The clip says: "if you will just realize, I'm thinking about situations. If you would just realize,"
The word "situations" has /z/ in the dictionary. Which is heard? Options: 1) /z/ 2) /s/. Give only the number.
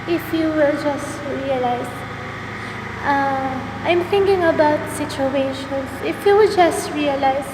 2